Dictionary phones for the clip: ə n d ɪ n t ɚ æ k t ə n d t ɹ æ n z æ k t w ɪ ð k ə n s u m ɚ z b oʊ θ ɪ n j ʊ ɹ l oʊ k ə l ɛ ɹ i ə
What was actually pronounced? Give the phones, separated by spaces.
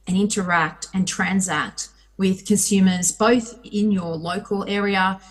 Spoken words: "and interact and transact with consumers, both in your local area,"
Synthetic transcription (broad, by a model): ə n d ɪ n t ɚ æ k t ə n t ɹ æ n z æ k t w ɪ ð k ə n s u m ɚ z b oʊ θ ɪ n j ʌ ɹ l oʊ k ə l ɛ ɹ i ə